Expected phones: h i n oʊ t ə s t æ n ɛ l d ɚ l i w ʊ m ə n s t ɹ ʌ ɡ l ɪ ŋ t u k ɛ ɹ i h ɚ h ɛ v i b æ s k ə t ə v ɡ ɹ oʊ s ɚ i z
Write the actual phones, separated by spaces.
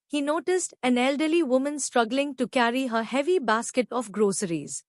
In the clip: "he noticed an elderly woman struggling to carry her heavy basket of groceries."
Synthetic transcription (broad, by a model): h i n oʊ t ə s t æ n ɛ l d ɚ l i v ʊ m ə n s t ɹ ʌ ɡ l ɪ ŋ t u k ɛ ɹ i h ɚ h ɛ v i b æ s k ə t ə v ɡ ɹ oʊ s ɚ i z